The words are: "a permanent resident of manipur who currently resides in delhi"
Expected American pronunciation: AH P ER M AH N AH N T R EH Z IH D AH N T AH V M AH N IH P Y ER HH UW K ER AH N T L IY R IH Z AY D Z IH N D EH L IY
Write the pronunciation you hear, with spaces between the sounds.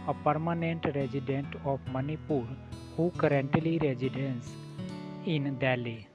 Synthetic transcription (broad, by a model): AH P ER M AH N AH N T R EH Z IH D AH N T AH P M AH N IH P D HH UW K ER AH N T L IY R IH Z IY D S IH N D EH L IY